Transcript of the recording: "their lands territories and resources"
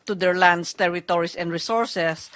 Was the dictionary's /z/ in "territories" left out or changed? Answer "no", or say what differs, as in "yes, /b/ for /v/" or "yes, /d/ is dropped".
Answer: yes, /s/ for /z/